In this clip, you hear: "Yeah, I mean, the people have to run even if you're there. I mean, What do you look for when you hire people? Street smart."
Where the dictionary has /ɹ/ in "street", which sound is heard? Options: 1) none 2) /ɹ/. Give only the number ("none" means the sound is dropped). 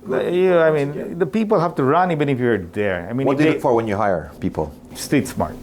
1